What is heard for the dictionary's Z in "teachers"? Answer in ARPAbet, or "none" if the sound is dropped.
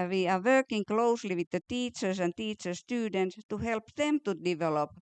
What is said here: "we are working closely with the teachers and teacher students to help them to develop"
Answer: S